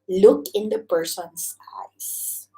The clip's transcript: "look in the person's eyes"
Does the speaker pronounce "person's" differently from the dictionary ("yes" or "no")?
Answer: yes